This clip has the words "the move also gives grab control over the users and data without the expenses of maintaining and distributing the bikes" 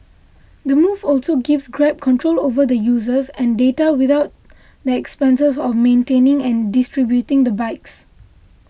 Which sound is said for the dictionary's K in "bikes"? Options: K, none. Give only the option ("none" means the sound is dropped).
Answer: K